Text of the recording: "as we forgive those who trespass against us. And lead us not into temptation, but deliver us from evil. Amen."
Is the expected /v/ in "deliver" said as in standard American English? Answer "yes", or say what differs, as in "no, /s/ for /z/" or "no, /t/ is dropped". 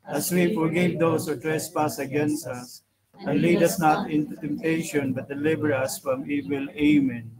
no, /b/ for /v/